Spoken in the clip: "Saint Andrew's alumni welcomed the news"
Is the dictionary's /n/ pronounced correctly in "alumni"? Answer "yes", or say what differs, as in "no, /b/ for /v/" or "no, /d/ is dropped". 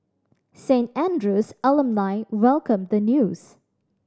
no, /l/ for /n/